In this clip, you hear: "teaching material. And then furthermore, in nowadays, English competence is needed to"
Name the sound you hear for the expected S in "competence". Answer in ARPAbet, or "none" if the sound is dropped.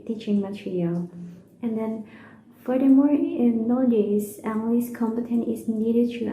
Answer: none